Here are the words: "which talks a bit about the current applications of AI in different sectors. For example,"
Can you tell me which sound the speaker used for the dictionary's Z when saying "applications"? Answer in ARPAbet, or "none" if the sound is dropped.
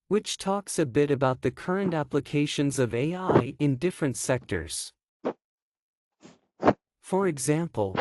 Z